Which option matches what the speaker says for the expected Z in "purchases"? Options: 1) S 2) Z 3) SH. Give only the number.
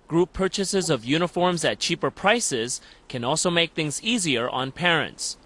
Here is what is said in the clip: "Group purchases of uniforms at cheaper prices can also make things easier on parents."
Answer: 2